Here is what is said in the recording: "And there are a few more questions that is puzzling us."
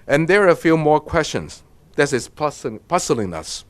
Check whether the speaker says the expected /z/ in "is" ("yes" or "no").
no